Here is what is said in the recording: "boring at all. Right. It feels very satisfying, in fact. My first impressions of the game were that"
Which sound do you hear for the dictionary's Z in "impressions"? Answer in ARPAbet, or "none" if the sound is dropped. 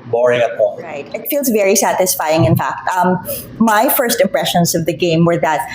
Z